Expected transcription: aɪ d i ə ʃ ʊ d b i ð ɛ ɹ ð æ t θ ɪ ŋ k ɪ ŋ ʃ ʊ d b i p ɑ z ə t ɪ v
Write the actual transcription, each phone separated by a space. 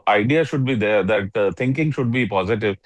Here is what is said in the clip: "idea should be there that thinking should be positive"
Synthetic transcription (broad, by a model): aɪ d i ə ʃ ʊ d b i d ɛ ɹ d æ t t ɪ ŋ k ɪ ŋ ʃ ʊ d b i p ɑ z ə t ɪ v